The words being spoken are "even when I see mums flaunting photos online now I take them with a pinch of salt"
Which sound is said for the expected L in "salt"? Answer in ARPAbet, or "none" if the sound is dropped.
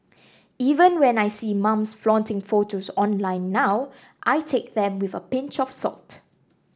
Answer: L